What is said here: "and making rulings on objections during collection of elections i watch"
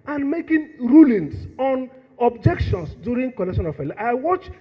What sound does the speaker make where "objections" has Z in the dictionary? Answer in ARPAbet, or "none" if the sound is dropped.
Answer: S